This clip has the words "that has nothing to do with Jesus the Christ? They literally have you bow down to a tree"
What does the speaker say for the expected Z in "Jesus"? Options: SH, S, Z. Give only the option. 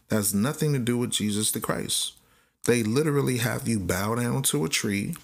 Z